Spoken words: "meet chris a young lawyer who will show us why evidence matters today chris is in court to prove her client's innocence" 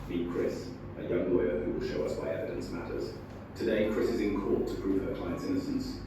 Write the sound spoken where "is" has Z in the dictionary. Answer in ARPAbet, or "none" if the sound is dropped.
Z